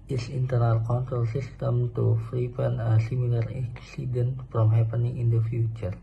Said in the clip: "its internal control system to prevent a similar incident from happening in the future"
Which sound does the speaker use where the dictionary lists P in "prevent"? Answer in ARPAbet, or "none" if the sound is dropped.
F